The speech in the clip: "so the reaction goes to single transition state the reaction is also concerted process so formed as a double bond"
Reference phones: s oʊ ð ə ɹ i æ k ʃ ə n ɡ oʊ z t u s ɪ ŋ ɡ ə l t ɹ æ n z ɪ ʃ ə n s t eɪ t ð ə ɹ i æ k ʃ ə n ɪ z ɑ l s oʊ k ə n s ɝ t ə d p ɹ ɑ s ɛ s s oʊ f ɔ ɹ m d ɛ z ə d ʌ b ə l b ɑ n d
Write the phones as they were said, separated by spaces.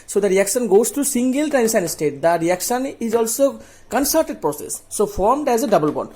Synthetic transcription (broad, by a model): s oʊ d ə ɹ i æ k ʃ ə n ɡ oʊ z t u s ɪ ŋ ɡ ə l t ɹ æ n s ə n s t eɪ t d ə ɹ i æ k ʃ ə n ɪ z ɑ l s oʊ k ə n s ɝ t ə d p ɹ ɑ s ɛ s s oʊ f ɔ ɹ m d ɛ z ə d ʌ b ə l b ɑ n